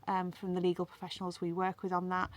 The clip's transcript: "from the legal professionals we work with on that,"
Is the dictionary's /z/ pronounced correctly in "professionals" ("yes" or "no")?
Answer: yes